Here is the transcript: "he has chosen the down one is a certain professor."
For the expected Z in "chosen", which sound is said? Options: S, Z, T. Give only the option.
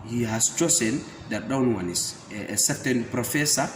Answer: S